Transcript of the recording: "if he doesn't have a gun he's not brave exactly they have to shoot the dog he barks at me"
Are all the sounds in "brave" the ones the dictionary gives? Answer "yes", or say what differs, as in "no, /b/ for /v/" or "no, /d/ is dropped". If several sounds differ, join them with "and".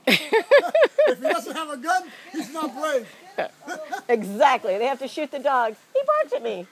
no, /v/ is dropped